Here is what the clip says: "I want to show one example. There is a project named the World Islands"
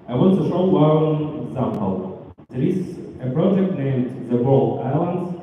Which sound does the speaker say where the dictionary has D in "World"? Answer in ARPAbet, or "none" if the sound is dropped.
none